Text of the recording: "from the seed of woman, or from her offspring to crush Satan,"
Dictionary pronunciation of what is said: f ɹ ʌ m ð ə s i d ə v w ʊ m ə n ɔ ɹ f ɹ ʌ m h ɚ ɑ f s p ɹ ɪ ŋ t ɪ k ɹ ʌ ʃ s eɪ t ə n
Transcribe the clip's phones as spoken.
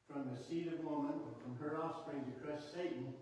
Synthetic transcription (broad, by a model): f ɹ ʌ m ð ə s i d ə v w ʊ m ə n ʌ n f ɹ ʌ m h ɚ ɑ s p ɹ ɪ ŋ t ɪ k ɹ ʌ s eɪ t n